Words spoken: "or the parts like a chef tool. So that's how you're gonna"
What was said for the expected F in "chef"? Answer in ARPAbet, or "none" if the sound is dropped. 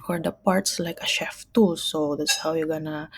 F